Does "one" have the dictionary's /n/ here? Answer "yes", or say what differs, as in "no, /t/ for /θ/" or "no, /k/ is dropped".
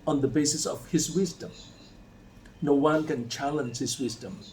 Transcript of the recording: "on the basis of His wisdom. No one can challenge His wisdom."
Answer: no, /l/ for /n/